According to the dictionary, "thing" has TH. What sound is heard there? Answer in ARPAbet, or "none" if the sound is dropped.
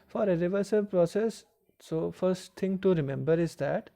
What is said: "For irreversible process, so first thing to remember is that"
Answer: T